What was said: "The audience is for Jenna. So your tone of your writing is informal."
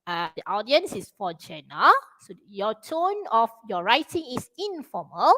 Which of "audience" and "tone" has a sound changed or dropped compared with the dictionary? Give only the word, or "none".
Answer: none